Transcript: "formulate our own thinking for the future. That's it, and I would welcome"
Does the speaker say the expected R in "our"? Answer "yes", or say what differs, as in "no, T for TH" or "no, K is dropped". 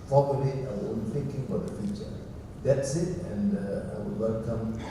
no, W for R